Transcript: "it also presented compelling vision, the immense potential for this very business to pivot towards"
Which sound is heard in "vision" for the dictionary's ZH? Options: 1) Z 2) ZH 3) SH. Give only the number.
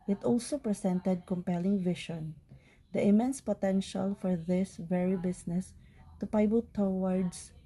3